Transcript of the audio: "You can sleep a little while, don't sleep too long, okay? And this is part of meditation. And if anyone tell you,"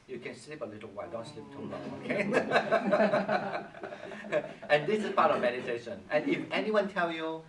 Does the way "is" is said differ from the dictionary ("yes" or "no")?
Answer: yes